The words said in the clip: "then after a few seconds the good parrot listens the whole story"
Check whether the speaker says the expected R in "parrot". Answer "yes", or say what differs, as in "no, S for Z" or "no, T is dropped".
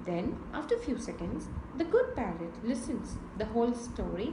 no, L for R